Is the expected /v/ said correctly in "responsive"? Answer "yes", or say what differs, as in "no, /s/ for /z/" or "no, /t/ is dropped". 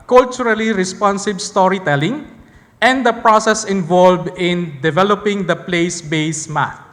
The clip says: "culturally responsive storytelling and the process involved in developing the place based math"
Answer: no, /b/ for /v/